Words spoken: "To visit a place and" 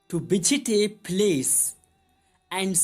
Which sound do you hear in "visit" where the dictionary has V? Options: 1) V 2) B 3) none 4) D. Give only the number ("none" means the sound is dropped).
2